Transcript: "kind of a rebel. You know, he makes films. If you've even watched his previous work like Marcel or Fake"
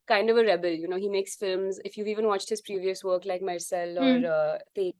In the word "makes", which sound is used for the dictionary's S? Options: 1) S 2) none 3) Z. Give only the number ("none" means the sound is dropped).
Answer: 1